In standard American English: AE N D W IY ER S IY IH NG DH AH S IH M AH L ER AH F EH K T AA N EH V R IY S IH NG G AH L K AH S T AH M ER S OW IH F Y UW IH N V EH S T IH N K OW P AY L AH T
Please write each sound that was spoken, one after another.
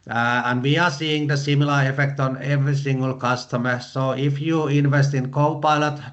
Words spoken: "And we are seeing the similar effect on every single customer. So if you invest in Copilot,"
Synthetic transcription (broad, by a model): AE N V IY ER S IY IH NG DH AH S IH M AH L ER AH F EH K T AA N EH V R IY S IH NG G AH L K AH S T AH M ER S OW IH F Y UW IH N V EH S T IH N K OW P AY L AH T